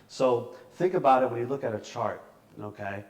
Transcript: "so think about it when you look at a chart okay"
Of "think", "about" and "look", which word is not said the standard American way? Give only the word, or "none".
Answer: none